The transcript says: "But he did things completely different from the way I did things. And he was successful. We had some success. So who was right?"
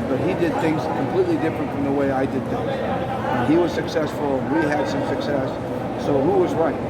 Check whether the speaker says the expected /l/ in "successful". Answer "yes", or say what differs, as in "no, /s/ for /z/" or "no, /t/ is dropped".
no, /n/ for /l/